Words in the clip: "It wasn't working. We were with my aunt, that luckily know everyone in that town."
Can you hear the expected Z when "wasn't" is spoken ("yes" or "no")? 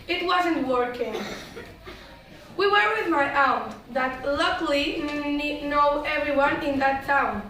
yes